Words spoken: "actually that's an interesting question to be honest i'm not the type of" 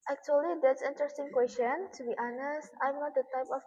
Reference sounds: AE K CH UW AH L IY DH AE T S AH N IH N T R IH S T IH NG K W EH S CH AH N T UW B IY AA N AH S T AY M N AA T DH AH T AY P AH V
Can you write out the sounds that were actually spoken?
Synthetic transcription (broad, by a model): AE K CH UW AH L IY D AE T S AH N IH N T R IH S T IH NG K W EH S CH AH N T UW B IY AA N AH S T AY M N AA T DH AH T AY P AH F